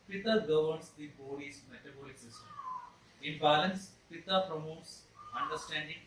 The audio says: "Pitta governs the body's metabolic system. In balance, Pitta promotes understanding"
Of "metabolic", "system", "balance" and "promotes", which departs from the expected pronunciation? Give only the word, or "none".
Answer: none